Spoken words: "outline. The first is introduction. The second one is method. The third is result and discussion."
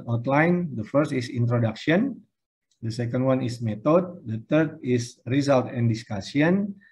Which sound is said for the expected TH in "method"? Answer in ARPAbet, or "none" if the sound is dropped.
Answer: T